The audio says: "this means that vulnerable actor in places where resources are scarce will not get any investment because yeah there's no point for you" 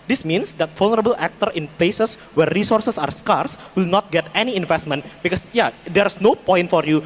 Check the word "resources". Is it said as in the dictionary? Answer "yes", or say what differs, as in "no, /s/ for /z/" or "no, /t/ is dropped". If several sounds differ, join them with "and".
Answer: no, /s/ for /z/